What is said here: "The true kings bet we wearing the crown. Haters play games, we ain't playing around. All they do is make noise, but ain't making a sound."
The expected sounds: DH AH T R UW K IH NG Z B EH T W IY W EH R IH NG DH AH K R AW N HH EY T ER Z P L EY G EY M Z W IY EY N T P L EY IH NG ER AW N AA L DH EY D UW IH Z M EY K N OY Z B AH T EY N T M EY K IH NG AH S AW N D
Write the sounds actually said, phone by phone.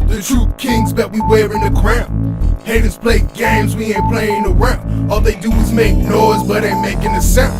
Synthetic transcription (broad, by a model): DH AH T R UW K IH NG Z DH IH T W IY W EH R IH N DH AH K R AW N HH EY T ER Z P L EY G EY M Z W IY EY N P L EY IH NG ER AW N AA L DH EY D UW IH Z M EY K N OY Z B AH T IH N M EY K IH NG AH S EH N